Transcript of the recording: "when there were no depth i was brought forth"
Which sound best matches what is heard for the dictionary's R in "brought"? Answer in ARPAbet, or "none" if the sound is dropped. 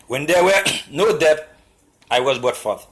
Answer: none